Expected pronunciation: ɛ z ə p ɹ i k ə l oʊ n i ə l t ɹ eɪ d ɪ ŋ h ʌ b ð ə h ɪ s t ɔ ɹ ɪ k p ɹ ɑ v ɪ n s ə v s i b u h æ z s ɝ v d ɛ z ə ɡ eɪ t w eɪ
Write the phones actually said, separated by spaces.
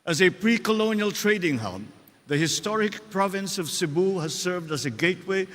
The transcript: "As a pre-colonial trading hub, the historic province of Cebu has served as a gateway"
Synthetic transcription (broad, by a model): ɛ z ə p ɹ i k ə l oʊ n i ə l t ɹ eɪ d ɪ ŋ h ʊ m ð ə h ɪ s t ɔ ɹ ɪ k p ɹ ɑ v ɪ n s ə v s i b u h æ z s ɝ v d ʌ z ə ɡ eɪ t w eɪ